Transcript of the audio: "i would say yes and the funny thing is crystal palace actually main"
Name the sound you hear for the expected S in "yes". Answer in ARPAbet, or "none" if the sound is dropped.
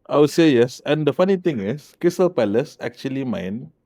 S